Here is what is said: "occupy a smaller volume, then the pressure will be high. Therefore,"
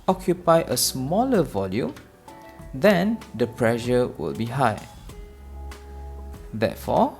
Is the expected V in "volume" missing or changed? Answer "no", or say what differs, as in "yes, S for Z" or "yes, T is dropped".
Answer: no